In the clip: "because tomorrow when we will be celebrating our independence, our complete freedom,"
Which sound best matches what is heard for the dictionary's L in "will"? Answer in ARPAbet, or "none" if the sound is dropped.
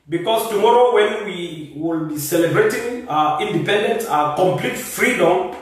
L